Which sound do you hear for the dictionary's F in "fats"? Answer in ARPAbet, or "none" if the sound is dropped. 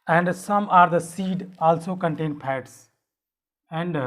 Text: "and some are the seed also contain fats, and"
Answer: P